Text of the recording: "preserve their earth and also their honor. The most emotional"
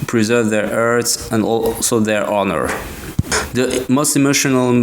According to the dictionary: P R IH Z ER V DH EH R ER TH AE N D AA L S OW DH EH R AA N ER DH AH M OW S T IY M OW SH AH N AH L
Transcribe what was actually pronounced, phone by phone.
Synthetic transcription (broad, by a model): P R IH Z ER V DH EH R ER S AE N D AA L S OW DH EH R AA N ER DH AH M OW S T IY M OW SH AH N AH L